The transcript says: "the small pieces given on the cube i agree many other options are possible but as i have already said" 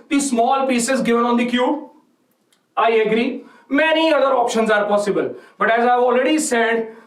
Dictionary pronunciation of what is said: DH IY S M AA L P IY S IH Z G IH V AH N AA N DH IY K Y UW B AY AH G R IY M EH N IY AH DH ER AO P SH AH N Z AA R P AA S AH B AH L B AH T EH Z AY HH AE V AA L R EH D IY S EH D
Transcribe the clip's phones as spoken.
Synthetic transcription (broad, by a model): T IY S M AA L P IY S IH Z G IH V AH N AA N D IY K Y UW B AY AH G R IY M EH N IY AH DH ER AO P SH AH N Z AA R P AA S AH B AH L B AH T EH Z AY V AA L R EH D IY S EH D